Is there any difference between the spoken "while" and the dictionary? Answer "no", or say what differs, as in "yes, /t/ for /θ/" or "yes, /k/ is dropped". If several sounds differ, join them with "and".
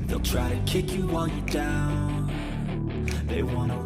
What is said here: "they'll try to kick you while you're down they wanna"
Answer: yes, /n/ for /l/